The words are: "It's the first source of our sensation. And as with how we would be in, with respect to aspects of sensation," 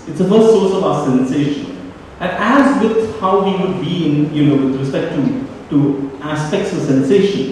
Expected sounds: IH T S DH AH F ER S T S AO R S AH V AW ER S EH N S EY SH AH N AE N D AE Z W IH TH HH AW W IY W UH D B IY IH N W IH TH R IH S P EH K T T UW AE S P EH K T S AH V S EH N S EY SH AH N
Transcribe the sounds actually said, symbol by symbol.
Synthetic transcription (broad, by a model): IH T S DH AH F ER S T S AO R S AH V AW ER S EH N S EY SH AH N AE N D AE Z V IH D HH AW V IY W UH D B IY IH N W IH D R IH S P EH K T T UW AE S P EH K T S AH S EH N S EY SH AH N